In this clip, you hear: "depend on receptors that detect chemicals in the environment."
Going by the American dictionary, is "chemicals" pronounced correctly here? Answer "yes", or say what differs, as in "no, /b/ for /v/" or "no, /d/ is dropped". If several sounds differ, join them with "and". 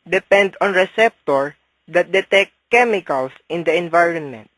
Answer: no, /s/ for /z/